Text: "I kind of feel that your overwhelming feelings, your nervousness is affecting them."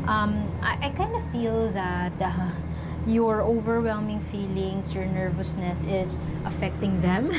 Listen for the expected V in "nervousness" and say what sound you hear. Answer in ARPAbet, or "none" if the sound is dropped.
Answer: V